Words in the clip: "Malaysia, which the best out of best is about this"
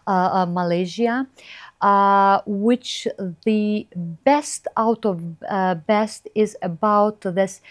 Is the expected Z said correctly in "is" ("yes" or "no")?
yes